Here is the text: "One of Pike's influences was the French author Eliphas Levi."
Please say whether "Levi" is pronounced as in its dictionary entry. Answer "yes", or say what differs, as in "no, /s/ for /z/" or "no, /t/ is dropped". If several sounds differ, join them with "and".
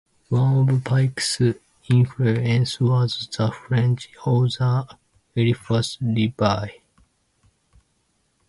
no, /b/ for /v/